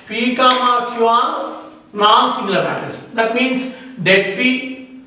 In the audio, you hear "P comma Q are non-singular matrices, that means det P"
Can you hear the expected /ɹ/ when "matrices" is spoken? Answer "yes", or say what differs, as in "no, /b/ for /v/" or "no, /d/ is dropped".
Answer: no, /ɹ/ is dropped